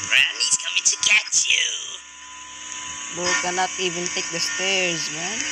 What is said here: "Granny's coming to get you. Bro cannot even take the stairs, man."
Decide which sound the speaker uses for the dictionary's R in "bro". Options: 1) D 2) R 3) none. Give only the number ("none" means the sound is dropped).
3